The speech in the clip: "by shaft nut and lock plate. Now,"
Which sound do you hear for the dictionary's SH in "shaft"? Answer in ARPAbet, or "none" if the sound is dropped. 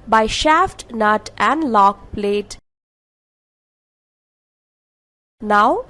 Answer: SH